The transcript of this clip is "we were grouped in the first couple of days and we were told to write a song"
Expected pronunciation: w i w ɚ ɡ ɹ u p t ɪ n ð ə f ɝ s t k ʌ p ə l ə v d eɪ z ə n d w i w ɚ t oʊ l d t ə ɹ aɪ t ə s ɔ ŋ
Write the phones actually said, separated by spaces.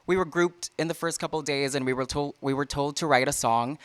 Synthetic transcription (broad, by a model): w i w ɚ ɡ ɹ u p t ɪ n ð ə f ɝ s t k ʌ p l d eɪ z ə n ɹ w i w ɚ t oʊ l d t ə ɹ aɪ t ə s ɔ ŋ